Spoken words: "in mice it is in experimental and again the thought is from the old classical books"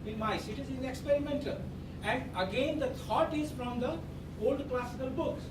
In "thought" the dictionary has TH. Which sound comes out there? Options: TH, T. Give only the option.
T